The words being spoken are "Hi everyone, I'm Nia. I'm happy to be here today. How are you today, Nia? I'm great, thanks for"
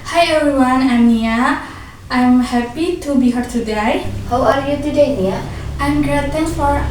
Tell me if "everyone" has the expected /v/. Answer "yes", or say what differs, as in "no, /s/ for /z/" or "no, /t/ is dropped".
no, /v/ is dropped